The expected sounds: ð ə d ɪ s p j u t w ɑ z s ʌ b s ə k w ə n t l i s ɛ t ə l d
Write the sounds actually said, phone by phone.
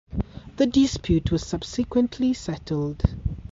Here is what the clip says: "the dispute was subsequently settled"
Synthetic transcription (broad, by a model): ð ə d ɪ s p j u t w ɑ z s ʌ b s ə k w ə n t l i s ɛ t ə l d